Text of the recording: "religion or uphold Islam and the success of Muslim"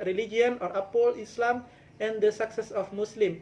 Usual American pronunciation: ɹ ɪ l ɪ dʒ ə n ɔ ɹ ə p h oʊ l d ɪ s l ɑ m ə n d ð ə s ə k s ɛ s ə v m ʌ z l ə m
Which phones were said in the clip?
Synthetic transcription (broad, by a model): ɹ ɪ l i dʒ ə n ɔ ɹ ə p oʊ l ɪ s l ɑ m ə n d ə s ə k s ɛ s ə f m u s l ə m